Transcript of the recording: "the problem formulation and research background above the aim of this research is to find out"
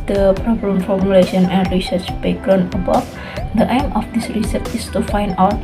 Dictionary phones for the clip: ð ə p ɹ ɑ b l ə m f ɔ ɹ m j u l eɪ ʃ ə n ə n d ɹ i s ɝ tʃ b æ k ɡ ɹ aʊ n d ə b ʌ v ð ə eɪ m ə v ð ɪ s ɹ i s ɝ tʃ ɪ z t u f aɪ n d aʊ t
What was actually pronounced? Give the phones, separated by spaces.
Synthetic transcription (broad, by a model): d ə p ɹ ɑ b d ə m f ɔ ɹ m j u l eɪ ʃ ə n ə n d ɹ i s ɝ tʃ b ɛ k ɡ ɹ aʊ n ə b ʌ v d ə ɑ m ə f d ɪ s ɹ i s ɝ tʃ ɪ s t u f aɪ n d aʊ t